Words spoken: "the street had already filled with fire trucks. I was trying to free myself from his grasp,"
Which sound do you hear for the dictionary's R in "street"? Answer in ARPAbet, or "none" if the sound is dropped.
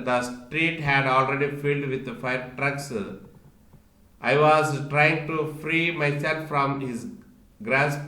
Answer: R